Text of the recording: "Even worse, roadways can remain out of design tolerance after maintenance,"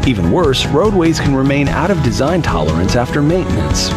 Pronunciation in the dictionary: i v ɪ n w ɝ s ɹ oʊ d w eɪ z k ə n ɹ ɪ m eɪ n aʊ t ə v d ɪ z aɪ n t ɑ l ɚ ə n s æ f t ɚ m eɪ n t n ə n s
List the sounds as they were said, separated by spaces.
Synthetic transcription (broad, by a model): i v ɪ n w ɝ s ɹ oʊ d w eɪ z k n ɹ ɪ m eɪ n aʊ t ə v d ɪ z aɪ n t ɑ l ɚ ə n s æ f t ɚ m eɪ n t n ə n s